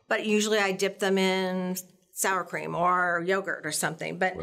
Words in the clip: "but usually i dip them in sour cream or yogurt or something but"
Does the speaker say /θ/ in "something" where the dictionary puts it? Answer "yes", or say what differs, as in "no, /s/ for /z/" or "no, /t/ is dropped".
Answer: yes